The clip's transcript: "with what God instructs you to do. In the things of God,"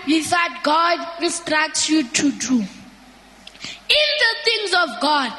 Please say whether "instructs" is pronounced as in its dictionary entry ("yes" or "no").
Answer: no